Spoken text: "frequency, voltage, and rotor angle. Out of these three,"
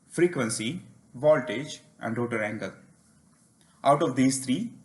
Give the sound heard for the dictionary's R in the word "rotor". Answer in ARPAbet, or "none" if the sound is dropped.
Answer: R